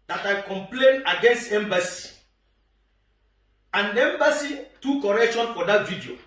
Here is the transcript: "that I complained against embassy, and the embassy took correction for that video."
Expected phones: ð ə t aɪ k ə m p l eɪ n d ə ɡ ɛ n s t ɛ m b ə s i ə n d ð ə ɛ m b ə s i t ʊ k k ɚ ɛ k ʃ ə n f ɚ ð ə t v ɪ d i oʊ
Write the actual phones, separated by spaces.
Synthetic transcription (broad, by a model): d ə t aɪ k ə m p l eɪ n ə ɡ ɛ n s t ɛ m b ə s i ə n ɛ m b ə s i t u k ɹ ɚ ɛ k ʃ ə n f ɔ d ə t v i d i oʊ